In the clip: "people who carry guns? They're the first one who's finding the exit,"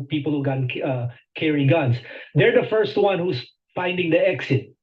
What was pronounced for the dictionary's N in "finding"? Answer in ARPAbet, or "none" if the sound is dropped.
N